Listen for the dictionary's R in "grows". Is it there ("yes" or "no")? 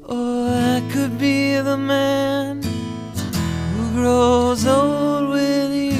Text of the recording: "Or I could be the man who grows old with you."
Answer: yes